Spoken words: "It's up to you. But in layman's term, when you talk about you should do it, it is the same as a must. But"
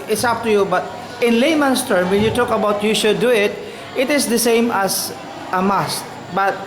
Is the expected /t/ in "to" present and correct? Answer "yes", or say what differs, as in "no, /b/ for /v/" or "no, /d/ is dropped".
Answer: yes